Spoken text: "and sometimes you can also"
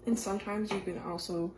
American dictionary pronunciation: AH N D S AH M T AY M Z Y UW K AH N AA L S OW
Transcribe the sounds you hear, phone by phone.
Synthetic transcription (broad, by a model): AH N S AH M T AY M Z Y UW K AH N AA L S OW